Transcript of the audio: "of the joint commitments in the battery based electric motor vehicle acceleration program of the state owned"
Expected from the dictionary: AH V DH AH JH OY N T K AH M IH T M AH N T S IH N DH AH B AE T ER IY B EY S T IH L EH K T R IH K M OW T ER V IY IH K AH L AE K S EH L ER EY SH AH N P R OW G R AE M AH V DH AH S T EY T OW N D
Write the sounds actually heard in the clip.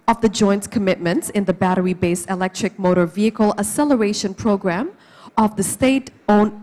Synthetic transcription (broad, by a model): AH V DH AH JH OY N T K AH M IH T M AH N T S IH N DH AH B AE T ER IY B EY S IH L EH K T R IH K M OW T ER V IY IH K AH L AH S EH L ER EY SH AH N P R OW G R AE M AH V DH AH S T EY T OW N